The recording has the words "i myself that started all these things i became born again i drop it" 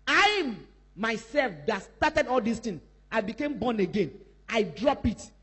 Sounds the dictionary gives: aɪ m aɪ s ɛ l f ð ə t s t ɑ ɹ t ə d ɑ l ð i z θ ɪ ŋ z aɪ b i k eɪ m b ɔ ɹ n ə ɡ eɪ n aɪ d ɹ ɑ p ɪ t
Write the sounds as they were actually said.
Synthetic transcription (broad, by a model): aɪ m aɪ s ɛ l f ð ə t s t ɑ t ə d ɑ l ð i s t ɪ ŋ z aɪ b i k eɪ m b ɔ n ə ɡ eɪ n aɪ d ɹ ɑ p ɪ t